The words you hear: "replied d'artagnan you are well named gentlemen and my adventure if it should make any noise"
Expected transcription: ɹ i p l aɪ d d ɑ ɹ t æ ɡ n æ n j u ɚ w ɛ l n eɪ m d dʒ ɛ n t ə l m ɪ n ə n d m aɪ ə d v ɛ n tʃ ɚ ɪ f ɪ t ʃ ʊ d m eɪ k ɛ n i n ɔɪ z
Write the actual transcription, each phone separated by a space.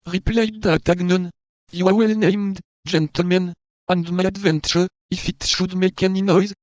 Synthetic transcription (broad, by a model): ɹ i p l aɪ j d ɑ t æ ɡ n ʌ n j u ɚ w ɛ l n eɪ m d dʒ ɛ n t ə l m ɪ n ə n d m aɪ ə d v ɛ n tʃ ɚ ɪ f ɪ t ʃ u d m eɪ k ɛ n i n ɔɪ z